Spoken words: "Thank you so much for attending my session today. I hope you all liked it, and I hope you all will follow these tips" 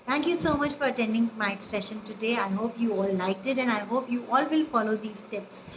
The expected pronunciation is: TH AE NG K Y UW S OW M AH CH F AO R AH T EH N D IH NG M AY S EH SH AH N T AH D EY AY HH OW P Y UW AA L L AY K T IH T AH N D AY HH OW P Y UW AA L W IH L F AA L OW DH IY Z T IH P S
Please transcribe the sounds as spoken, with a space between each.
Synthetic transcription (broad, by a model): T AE NG K Y UW S OW M AH CH F AO R AH T EH N D IH NG M AY S EH SH AH N T AH D EY AY HH OW P Y UW AA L L AY K T IH T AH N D AY HH OW P Y UW AA L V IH L F AA L OW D IY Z T IH P S